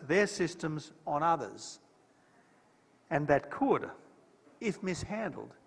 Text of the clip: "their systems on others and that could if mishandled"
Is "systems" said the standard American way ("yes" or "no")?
yes